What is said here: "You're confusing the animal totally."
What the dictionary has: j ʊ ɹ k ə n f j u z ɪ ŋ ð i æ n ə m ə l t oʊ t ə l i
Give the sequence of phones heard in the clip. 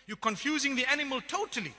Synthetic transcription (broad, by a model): j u k ə n f j u z ɪ ŋ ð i æ n ə m ə l t oʊ t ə l i